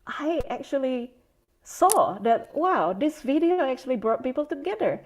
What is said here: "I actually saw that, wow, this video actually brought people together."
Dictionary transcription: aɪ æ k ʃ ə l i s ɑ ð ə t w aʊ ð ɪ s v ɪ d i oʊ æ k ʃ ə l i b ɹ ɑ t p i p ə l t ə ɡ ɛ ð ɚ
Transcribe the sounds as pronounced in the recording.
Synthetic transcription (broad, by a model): aɪ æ k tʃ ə l i s ɑ ð ə t w aʊ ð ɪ s v ɪ d i oʊ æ k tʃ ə l i b ɹ ɑ t p i p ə l t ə ɡ ɛ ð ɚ